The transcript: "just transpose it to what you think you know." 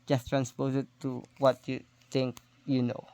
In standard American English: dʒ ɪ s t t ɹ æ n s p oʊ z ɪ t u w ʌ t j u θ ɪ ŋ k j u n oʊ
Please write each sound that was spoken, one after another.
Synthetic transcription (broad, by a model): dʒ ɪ s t t ɹ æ n s p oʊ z ɪ t u w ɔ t j u t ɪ ŋ k j u n oʊ